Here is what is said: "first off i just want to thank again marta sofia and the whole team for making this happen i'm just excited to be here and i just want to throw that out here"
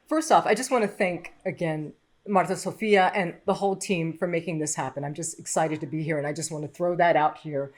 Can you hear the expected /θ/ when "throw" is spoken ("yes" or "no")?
yes